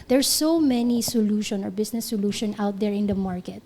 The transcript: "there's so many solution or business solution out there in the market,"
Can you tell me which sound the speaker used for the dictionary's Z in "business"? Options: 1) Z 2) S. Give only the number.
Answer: 2